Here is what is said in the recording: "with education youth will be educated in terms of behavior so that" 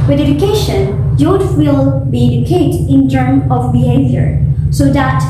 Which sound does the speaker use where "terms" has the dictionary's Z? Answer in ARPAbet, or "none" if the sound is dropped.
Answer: none